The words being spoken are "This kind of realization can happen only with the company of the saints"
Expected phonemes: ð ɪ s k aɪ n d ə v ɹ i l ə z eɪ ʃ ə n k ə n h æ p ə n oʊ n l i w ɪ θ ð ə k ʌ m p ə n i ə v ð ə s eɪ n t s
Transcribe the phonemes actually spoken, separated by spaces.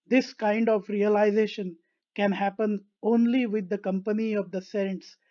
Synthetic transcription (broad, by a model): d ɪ s k aɪ n d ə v ɹ i l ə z eɪ ʃ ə n k ə n h æ p ə n oʊ n l i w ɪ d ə k ʌ m p ə n i ə v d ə s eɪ n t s